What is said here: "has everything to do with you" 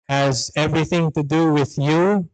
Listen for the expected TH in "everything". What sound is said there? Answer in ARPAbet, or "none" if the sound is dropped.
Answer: TH